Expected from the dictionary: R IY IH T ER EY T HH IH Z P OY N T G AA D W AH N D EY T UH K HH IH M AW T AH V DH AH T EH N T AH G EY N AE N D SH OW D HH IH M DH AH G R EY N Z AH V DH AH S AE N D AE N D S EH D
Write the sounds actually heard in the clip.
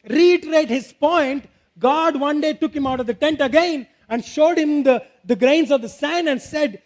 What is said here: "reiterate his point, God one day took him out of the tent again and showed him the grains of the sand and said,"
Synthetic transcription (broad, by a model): R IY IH T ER EY T HH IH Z P OY N T G AA D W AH N D EY T UH K HH IH M AW T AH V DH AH T EH N T AH G EY N AE N D SH OW D HH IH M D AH G R EY N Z AH V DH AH S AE N AE N D S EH D